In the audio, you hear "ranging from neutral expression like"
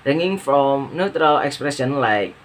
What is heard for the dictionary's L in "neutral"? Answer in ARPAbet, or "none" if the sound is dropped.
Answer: L